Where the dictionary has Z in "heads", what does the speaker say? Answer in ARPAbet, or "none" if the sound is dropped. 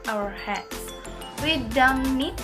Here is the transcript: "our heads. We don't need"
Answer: none